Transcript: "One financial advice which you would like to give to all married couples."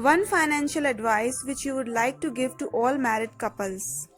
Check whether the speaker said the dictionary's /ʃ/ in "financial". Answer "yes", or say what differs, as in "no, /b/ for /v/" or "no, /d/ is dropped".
yes